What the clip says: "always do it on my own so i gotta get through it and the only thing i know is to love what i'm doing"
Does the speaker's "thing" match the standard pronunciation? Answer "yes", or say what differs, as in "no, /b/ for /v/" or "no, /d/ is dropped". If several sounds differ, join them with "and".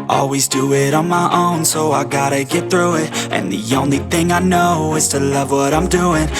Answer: yes